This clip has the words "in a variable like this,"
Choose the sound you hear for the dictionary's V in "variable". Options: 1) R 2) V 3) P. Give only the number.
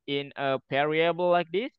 3